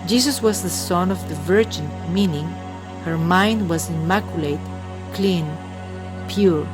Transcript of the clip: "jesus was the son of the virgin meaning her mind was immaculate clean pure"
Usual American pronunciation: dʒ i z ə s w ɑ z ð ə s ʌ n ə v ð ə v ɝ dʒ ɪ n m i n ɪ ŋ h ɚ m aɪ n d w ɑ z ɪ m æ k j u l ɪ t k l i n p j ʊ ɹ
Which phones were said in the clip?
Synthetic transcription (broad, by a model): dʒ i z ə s w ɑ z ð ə s ʌ n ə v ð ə v ɝ dʒ ɪ n m i n ɪ ŋ h ɚ m aɪ n d w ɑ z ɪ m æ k j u l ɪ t k l i n p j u ɹ